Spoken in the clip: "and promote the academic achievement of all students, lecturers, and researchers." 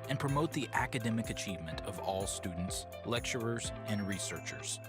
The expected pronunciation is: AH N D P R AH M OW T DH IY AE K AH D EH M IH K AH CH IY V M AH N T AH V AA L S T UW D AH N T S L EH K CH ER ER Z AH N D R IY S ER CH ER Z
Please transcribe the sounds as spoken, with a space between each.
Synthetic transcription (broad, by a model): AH N P R AH M OW T DH IY AE K AH D EH M IH K AH CH IY V M AH N T AH V AA L S T UW D N T S L EH K CH ER ER Z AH N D R IY S ER CH ER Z